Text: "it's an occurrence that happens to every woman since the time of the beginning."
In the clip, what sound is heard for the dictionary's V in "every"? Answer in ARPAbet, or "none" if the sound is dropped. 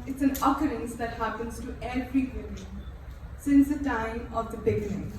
F